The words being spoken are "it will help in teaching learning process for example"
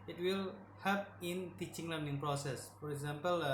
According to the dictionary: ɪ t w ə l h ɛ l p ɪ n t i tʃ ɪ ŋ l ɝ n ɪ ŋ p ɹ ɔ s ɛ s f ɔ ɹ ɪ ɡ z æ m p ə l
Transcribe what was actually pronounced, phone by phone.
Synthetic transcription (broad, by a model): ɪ t w ə l h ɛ p ɪ n t i tʃ ɪ ŋ l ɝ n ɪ ŋ p ɹ ɔ s ɛ s f ɔ ɹ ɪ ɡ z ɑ m p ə l